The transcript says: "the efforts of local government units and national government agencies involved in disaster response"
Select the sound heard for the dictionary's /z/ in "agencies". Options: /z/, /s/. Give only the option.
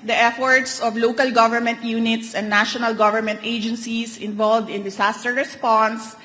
/s/